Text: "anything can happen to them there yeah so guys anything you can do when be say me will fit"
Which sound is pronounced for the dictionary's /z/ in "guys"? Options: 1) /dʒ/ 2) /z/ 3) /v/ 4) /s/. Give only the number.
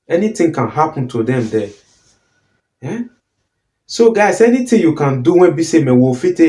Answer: 4